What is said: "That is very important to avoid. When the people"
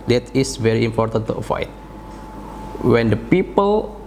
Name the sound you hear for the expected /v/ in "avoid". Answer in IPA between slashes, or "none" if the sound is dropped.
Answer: /f/